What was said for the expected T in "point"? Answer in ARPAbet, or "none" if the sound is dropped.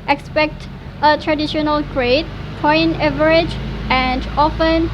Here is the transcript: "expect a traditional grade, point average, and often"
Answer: none